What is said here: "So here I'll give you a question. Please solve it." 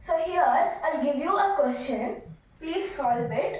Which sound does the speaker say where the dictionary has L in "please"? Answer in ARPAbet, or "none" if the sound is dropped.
none